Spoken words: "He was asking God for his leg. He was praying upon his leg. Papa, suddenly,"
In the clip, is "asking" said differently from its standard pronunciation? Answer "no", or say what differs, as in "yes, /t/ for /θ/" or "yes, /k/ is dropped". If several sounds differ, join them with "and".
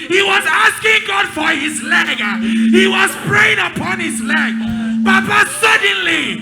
no